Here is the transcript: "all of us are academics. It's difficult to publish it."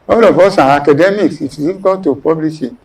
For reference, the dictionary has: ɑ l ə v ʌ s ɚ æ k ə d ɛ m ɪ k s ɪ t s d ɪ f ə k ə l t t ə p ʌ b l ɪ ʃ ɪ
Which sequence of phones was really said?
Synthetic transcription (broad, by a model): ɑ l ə f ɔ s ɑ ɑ k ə d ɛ m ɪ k s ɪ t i ə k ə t t ə p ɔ b l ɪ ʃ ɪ